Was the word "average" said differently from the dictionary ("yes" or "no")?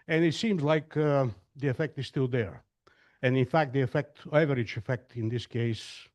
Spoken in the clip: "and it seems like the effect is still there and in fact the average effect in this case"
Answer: yes